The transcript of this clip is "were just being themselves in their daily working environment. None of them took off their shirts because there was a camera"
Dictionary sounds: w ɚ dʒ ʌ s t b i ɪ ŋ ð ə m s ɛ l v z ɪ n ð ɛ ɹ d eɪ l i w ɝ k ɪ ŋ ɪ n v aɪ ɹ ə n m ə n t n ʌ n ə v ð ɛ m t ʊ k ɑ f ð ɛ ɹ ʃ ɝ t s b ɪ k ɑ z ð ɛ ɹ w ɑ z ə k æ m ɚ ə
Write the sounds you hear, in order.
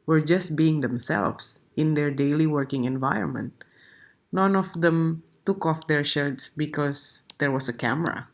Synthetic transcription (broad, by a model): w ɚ dʒ ʌ s t b i ɪ ŋ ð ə m s ɛ l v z ɪ n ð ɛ ɹ d eɪ l i w ɝ k ɪ ŋ ɪ n v aɪ ɹ ə n m ə n t n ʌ n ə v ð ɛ m t ʊ k ɑ f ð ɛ ɹ ʃ ɝ t s b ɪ k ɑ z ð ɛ ɹ w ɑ s ə k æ m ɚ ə